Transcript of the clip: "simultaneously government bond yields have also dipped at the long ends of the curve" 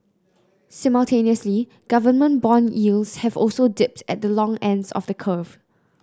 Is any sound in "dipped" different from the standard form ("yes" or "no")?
no